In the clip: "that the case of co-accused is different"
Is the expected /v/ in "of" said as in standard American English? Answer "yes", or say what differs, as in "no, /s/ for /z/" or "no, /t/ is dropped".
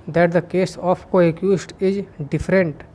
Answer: no, /p/ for /v/